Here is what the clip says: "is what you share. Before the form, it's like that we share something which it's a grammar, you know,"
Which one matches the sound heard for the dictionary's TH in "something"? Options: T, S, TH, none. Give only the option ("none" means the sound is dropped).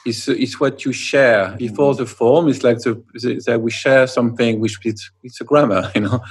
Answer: TH